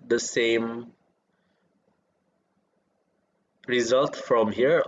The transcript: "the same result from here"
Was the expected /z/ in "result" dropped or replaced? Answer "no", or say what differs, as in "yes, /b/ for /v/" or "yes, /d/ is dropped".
no